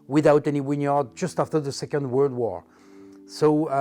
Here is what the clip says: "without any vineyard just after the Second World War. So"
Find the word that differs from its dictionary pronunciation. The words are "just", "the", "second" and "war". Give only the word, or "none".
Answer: none